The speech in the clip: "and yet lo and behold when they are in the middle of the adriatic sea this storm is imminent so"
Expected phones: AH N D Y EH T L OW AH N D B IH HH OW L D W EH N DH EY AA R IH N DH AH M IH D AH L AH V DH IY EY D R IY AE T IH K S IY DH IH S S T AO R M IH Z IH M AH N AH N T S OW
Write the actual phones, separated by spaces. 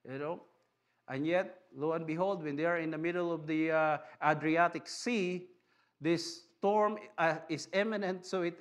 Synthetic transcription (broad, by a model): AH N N Y EH T L OW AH N B IH HH OW L D W EH N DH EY AA R IH N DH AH M IH D AH L AH V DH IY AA D R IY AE T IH K S IY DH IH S S T AO R M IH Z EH M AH N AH N T S OW